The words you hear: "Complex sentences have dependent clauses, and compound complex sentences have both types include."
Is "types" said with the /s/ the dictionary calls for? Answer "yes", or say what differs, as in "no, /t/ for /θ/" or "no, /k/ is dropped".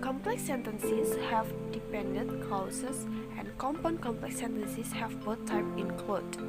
no, /s/ is dropped